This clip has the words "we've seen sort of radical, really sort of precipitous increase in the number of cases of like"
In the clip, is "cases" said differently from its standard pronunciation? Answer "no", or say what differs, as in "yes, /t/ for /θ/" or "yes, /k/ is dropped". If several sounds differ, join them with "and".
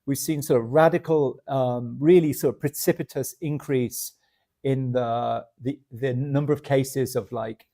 no